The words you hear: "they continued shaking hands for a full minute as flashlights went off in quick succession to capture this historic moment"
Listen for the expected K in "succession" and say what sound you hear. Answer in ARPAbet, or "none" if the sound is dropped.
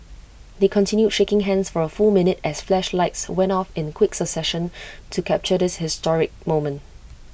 none